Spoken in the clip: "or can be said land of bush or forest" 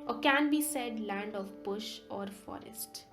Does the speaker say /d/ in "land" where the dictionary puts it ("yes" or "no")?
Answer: yes